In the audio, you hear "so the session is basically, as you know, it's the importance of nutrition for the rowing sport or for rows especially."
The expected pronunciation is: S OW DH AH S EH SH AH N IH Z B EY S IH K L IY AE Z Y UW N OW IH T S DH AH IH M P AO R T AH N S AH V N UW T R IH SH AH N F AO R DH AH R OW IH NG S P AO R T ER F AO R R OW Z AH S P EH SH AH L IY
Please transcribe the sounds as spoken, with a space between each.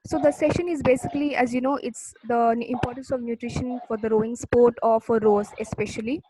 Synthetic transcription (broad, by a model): S OW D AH S EH SH AH N IH Z B EY S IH K L IY AE Z Y UW N OW IH T S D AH IH M P AO R T AH N S AH V N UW T R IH SH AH N F AO R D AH R OW IH NG S P AO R T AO F AO R R OW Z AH S P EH SH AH L IY